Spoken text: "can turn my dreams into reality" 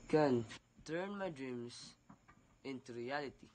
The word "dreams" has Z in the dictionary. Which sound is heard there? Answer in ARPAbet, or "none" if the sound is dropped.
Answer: S